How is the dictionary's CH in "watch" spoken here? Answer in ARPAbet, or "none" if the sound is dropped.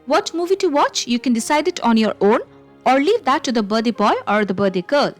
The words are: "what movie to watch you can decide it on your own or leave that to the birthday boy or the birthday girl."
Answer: CH